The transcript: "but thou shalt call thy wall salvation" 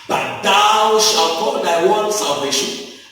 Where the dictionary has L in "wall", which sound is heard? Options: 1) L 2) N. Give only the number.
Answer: 2